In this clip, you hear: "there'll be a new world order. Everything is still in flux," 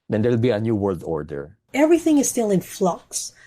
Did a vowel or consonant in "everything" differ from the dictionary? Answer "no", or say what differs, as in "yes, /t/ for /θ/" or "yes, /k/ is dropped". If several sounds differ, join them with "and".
no